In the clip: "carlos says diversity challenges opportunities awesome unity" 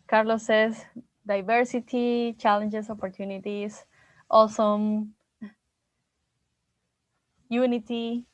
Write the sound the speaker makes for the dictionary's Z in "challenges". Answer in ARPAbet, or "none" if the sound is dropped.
S